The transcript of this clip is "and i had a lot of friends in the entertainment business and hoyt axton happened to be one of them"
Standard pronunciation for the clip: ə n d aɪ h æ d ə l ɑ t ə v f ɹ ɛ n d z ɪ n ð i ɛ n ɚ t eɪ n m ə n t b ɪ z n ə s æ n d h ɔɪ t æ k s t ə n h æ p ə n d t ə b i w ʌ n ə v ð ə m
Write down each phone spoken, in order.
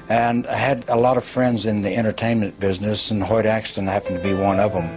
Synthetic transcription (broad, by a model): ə n aɪ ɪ d ə l ɑ t ə v f ɹ ɛ n d z ɪ n ð i ɛ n ɚ t eɪ n m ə n b ɪ z n ə s n h ɔɪ t æ k s t ə n h æ p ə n t ə b i w ʌ n ə v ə m